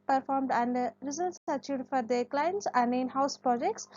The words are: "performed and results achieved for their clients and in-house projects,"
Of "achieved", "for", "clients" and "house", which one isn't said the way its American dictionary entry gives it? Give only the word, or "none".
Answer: achieved